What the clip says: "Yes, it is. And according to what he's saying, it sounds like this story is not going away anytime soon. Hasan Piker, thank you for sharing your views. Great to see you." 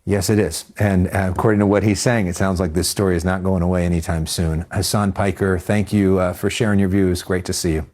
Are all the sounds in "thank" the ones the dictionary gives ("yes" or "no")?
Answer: yes